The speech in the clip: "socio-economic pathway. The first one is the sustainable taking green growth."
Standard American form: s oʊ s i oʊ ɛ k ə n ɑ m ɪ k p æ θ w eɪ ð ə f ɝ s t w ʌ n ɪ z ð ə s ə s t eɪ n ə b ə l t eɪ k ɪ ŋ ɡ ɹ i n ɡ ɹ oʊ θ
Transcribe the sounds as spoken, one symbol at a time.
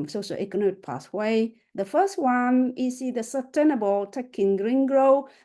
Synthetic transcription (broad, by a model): s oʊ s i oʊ ɛ k ə n ɑ m ɪ k p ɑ s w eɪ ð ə f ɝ s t w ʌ n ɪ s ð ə s ə s t eɪ n ə b ə l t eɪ k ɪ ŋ ɡ ɹ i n ɡ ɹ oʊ